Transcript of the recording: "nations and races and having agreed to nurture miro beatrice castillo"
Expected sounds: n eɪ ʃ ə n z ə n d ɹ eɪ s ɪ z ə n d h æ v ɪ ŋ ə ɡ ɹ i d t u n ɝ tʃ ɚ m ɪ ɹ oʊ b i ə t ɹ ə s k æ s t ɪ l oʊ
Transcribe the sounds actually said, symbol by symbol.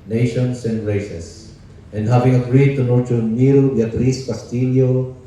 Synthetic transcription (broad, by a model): n eɪ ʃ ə n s ə n d ɹ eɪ s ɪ s ə n d h æ v ɪ ŋ ə ɡ ɹ i d t u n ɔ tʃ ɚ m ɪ ɹ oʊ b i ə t ɹ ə s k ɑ s t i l oʊ